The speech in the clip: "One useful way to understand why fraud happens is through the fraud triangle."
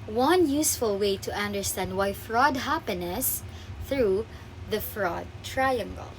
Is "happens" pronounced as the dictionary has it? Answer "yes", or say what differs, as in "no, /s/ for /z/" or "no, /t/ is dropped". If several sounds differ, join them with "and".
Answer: no, /z/ is dropped